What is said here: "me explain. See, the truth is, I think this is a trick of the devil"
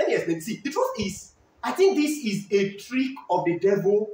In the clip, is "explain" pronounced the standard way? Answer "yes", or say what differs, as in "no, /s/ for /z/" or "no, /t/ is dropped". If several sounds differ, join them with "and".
no, /k/ is dropped